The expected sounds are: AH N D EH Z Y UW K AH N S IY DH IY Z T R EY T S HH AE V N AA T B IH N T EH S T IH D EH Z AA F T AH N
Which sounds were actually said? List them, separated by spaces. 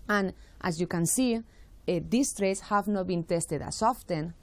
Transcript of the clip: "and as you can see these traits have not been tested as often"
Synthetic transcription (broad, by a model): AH N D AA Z Y UW K AH N S IY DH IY S T R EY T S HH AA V N AA T B IH N T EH S T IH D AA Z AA F T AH N